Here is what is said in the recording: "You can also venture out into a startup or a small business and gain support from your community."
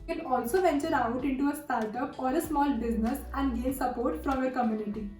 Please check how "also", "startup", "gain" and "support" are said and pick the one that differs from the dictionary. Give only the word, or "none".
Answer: gain